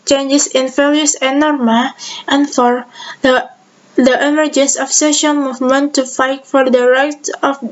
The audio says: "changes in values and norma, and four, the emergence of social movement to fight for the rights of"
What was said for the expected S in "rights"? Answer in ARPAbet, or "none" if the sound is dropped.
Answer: none